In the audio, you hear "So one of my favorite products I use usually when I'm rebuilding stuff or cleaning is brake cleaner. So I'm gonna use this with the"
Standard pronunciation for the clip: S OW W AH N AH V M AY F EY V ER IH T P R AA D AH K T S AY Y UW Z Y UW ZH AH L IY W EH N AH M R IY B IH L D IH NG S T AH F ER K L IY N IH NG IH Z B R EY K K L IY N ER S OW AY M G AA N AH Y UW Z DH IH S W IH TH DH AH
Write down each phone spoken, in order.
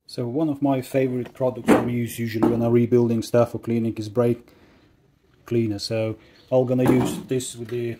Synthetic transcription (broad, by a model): S OW W AH N AH V M AY F EY V ER IH T P R AA D AH K T S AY Y UW Z Y UW ZH AH L IY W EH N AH R IY B IH L D IH NG S T AH F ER K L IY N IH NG IH Z B R EY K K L IY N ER S OW AY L G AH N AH Y UW Z DH IH S W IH DH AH